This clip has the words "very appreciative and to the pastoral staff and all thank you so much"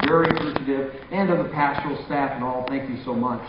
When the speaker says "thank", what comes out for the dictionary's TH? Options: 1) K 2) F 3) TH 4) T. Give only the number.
3